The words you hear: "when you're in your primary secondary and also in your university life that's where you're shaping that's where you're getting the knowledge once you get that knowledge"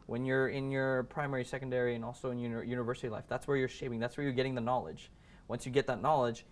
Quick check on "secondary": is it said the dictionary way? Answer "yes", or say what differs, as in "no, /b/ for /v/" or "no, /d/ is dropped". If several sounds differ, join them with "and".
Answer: yes